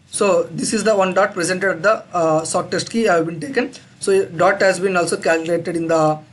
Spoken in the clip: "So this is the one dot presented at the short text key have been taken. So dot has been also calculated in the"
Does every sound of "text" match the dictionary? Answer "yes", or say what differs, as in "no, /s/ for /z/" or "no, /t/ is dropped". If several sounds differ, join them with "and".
no, /k/ is dropped